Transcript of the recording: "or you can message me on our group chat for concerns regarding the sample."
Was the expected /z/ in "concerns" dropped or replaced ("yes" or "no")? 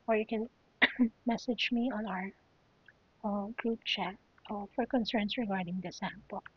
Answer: yes